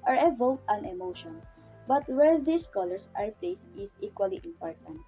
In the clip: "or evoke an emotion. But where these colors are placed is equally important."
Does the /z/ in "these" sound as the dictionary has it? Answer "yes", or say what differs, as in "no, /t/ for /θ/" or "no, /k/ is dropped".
no, /s/ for /z/